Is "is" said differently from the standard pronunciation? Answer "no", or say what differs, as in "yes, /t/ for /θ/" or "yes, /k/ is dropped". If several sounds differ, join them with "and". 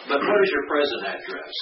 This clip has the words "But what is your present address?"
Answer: no